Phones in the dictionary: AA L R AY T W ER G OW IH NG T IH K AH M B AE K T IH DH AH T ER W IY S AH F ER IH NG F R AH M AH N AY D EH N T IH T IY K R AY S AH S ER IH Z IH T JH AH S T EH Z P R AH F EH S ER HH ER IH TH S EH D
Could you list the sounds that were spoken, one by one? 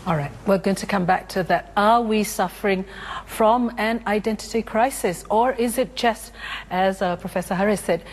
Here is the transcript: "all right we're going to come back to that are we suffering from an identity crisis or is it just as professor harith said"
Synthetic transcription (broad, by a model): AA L R AY T W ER G OW IH NG T IH K AH M B AE K T IH DH AH T ER W IY S AH F ER IH NG F R AH M AH N AY D EH N T IH T IY K R AY S AH S ER IH Z IH T JH AH S T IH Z P R AH F EH S ER HH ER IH S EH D